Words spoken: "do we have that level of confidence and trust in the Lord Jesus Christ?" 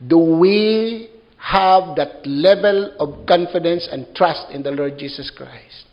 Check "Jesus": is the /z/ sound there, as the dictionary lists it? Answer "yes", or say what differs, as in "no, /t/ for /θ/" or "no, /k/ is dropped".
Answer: no, /s/ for /z/